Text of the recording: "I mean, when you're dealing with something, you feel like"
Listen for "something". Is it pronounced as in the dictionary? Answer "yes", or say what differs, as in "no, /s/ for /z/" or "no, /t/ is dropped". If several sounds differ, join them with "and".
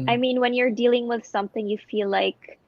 yes